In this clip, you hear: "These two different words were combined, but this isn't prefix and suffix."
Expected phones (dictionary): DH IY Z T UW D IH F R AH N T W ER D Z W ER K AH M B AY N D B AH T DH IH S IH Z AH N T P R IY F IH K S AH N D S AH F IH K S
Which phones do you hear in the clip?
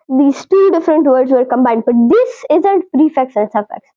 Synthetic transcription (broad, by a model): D IY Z T UW D IH F R AH N T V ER D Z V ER K AH M B AY N D B AH T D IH S IH Z AH N T P R IY F IH K S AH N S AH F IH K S